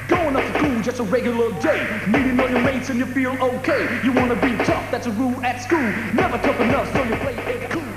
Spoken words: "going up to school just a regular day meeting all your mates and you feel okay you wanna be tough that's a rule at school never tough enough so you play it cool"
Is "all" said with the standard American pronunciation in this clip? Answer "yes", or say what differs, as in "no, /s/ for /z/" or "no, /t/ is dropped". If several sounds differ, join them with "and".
no, /n/ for /l/